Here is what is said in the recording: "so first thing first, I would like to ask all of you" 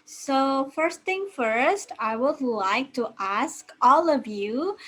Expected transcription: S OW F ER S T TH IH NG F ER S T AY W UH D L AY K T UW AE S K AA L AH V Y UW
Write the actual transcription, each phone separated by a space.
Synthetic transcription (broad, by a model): S OW F ER S T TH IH NG F ER S T AY W UH D L AY K T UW AE S K AA L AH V Y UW